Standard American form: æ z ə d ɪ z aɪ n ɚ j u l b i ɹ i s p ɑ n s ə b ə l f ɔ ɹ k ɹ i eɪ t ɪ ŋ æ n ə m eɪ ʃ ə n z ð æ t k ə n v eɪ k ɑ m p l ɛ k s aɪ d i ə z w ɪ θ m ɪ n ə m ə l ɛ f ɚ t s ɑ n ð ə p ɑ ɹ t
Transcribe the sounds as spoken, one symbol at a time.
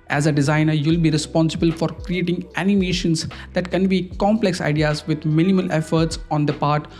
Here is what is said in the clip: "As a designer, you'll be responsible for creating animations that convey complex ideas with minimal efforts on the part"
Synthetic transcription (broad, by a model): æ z ə d ɪ z aɪ n ɚ j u l b i ɹ i s p ɑ n s ə b ə l f ɔ ɹ k ɹ i eɪ t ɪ ŋ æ n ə m eɪ ʃ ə n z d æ t k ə n b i k ɑ m p l ɛ k s aɪ d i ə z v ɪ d m ɪ n ə m ə l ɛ f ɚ t s ɑ n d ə p ɑ ɹ t